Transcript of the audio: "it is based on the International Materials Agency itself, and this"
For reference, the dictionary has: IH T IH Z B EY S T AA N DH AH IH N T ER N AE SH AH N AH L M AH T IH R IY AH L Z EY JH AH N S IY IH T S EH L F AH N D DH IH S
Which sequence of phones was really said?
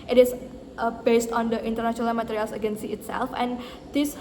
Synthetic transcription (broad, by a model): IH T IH S B EY S T AA N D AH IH N T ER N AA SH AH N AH L M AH T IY R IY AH L S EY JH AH N S IY IH T S EH L F AH N D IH S